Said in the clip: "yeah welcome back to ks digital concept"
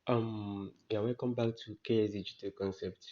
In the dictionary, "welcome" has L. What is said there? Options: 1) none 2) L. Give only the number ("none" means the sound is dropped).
1